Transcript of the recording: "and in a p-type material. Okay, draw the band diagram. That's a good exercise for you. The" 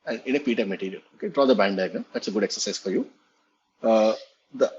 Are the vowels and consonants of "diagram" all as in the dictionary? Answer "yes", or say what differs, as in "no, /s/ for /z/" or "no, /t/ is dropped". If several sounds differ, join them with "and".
no, /ɹ/ is dropped